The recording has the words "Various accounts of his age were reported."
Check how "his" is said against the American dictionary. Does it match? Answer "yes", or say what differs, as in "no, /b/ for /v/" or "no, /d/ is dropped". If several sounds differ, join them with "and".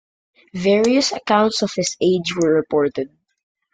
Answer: no, /s/ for /z/